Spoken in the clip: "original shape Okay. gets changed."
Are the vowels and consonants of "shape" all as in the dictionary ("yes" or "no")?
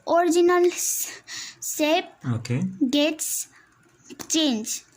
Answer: no